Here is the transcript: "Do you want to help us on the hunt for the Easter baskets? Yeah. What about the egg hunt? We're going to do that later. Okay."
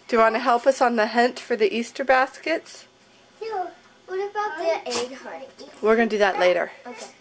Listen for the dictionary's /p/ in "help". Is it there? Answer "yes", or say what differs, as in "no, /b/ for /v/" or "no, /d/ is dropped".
yes